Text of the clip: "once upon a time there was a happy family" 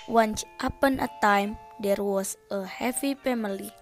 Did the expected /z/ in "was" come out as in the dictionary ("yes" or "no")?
no